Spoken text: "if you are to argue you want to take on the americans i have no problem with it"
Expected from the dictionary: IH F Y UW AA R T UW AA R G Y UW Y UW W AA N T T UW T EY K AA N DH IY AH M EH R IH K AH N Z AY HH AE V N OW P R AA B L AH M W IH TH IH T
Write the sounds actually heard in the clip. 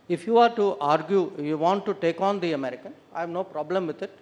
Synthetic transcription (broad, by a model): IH F Y UW AA R T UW AA R G Y UW Y UW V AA N T T UW T EY K AA N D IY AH M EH R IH K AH N AY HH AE V N OW P R AA B L AH M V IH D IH T